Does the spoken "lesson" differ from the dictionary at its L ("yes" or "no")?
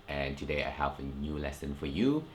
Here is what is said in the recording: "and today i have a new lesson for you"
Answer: no